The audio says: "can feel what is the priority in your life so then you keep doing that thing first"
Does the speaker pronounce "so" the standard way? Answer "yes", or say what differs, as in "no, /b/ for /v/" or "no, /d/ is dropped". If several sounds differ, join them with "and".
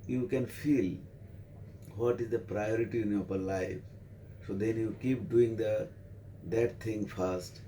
yes